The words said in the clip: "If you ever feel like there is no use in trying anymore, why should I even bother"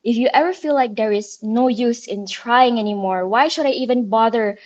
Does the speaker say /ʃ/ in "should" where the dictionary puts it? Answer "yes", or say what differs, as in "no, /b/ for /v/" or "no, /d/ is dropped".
yes